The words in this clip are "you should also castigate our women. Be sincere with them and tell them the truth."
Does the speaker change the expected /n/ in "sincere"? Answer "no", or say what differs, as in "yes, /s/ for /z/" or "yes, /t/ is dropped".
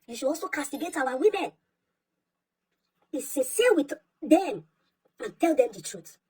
yes, /n/ is dropped